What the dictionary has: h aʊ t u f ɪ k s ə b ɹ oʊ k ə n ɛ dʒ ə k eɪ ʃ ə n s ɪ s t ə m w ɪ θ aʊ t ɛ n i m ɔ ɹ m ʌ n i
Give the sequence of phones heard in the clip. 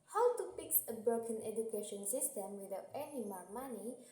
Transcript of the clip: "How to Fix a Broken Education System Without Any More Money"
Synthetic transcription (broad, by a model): h aʊ t u p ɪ k s ə b ɹ oʊ k ə n ɛ dʒ ə k eɪ ʃ ə n s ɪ s t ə m w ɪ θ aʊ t ɛ n i m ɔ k m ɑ n i